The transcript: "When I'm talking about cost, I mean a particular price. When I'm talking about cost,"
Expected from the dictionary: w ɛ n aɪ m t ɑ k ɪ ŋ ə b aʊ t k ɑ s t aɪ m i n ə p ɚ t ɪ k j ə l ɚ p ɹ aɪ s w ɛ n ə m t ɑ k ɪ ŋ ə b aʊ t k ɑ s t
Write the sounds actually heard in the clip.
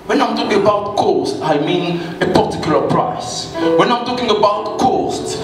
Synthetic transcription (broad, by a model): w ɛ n aɪ m t ɑ k ɪ ŋ ə b aʊ t k ɑ s t aɪ m i n ə p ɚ t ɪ k j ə l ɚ p ɹ aɪ s w ɛ n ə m t ɑ k ɪ ŋ ə b aʊ t k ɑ s t